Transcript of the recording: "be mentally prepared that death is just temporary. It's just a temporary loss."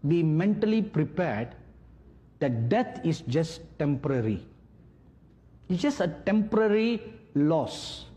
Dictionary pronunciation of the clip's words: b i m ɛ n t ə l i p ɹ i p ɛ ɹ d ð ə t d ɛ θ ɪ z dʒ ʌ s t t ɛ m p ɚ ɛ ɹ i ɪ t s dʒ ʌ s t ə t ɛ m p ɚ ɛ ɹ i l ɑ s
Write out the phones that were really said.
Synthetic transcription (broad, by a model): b i m ɛ n t ə l i p ɹ i p ɛ ɹ d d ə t d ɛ t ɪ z dʒ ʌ s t t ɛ m p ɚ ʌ ɹ i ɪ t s dʒ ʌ s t ə t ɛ m p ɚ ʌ ɹ i l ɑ s